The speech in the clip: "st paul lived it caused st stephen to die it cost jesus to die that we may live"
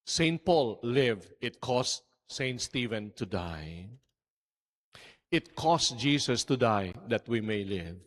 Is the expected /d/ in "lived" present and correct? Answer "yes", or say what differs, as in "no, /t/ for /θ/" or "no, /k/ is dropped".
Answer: no, /d/ is dropped